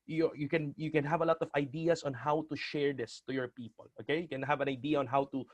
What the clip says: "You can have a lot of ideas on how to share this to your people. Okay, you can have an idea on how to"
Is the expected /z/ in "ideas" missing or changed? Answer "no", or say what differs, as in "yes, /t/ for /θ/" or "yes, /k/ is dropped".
yes, /s/ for /z/